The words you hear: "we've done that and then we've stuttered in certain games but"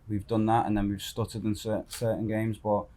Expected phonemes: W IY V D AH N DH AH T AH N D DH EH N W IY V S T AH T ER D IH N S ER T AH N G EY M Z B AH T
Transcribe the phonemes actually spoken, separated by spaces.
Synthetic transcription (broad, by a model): W IY V D AH N DH AH T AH N DH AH N W IY V S T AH T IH D IH N S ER S AH N G EY M Z B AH T